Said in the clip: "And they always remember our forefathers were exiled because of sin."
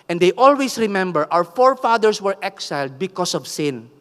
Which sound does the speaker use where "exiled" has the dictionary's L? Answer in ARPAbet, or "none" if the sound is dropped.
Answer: L